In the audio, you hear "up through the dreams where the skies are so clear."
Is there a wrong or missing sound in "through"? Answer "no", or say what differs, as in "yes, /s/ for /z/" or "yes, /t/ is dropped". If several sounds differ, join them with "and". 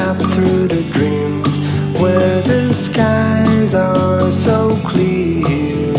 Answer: no